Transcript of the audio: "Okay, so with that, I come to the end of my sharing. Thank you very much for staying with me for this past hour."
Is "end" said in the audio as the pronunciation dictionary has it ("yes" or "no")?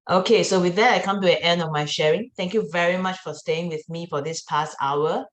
yes